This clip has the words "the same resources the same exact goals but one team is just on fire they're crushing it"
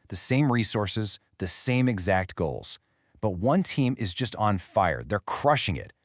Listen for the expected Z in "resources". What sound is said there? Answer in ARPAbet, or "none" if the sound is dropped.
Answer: Z